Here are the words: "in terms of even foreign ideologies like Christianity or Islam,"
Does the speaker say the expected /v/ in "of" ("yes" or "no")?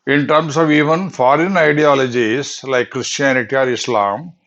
yes